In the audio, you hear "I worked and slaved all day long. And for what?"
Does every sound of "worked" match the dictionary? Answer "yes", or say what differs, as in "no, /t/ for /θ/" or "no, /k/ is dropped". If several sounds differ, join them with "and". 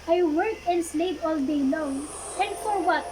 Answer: no, /t/ is dropped